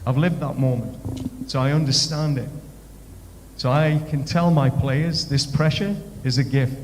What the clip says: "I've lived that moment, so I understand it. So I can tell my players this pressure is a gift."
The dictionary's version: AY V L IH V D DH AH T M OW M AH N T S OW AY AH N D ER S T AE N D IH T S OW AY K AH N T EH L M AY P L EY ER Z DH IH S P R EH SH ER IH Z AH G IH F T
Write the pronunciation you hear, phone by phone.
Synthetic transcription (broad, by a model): AY V L IH V D DH AH T M OW M AH N T S OW AY AH N D ER S T AE N D IH T S OW AY K AH N T EH L M AY P L EY ER Z DH IH S P R EH SH ER IH Z AH G IH F T